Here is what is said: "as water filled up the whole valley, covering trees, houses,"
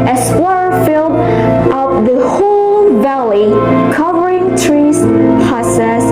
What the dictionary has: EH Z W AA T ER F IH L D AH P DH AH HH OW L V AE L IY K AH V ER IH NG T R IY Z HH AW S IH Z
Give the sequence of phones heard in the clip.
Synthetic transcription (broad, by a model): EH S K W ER F IH L D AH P DH AH HH OW L V AE L IY K AH V ER IH NG T R IY Z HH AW S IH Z